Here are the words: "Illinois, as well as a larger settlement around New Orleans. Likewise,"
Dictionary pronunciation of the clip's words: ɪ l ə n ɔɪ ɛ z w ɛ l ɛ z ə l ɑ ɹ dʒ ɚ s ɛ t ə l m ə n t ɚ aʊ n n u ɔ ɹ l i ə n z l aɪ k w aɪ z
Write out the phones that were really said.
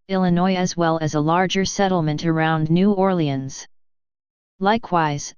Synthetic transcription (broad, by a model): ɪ l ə n ɔɪ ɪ z w ɛ l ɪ z ə l ɑ ɹ dʒ ɚ s ɛ t l m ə n t ɚ aʊ n n u ɔ ɹ l i ə n z l aɪ k w aɪ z